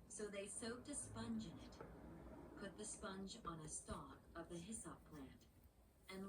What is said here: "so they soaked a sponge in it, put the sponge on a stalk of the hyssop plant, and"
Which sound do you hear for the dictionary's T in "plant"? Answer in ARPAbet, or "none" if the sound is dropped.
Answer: T